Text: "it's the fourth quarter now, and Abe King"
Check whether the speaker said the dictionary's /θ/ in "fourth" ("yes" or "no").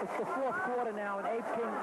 yes